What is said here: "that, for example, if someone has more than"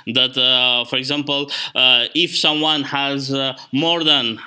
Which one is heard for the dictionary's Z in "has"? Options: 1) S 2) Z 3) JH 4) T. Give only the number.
2